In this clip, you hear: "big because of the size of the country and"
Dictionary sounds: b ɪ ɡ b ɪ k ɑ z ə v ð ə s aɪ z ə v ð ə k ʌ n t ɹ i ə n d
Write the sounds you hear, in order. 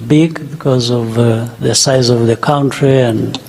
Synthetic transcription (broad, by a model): b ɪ ɡ b ɪ k ɑ z ə v ð ə s aɪ z ə v ð ə k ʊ n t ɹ i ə n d